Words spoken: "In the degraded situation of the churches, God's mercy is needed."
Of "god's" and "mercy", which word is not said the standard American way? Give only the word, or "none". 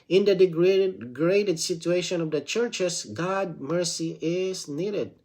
god's